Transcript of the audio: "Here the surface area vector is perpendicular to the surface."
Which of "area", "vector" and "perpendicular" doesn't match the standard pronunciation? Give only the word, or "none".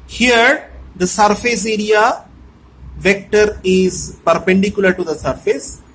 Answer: none